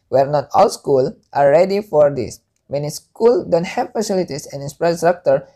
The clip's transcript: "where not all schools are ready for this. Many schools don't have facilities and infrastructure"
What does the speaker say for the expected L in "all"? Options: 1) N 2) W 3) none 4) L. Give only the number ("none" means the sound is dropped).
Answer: 4